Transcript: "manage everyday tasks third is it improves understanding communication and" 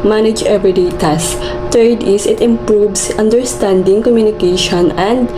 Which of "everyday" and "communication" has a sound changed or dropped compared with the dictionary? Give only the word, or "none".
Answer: everyday